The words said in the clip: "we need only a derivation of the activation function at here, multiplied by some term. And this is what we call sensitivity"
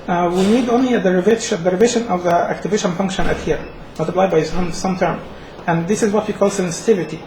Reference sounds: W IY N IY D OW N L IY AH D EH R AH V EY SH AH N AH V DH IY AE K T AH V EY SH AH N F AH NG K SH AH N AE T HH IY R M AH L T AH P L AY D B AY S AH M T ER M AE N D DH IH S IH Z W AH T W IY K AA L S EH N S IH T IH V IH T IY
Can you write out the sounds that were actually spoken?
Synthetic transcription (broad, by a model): W IY N IY D OW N L IY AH D EH R AH V EY SH AH N AH V DH IY AE K T AH V EY SH AH N F AH NG K SH AH N AE T HH IY R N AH T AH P L AY B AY S AH M T ER M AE N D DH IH S IH Z W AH T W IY K AA L S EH N S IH T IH V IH T IY